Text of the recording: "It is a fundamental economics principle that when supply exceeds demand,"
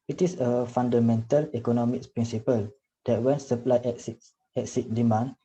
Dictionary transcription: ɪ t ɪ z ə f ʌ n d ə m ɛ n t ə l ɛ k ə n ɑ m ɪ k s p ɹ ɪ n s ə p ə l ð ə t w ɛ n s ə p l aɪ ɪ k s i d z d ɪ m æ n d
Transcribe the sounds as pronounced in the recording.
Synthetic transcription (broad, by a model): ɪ t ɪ s ə f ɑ n d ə m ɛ n t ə l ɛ k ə n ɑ m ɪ k p ɹ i n s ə p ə l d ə t w ɛ n s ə p l aɪ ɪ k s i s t d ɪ m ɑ n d